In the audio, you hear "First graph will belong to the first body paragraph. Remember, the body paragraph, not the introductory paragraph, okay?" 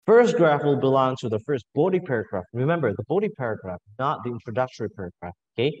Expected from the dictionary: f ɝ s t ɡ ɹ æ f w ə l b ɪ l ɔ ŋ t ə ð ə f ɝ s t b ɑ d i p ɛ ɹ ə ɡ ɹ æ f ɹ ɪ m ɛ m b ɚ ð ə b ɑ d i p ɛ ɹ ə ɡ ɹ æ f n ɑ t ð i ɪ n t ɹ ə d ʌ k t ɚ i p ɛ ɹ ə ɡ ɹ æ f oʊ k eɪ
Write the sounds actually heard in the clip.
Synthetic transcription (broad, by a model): f ɝ s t ɡ ɹ æ f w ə l b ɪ l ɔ ŋ t ə ð ə f ɝ s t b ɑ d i p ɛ ɹ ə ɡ ɹ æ f ɹ ɪ m ɛ m b ɚ ð ə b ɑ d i p ɛ ɹ ə ɡ ɹ æ f n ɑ t ð i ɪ n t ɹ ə d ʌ k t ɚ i p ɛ ɹ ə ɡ ɹ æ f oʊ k eɪ